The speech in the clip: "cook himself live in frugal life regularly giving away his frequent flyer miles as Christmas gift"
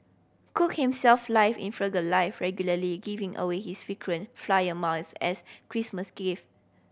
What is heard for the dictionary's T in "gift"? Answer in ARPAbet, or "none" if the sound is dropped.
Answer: none